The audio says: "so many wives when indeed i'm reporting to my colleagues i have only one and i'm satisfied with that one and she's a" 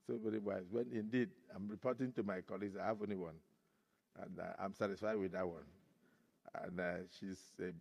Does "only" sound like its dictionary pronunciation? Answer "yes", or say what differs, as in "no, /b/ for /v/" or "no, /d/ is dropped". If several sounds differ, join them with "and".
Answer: no, /l/ is dropped